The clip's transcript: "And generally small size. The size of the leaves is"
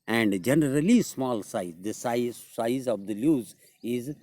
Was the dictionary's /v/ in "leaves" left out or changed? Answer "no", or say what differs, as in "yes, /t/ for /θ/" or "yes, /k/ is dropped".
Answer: yes, /v/ is dropped